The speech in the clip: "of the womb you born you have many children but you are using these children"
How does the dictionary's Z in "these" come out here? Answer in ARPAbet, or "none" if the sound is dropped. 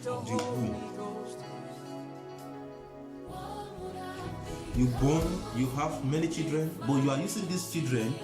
S